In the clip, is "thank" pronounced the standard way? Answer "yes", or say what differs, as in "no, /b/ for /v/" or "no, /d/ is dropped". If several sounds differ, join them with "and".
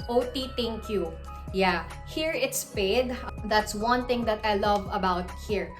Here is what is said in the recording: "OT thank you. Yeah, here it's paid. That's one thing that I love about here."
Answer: no, /t/ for /θ/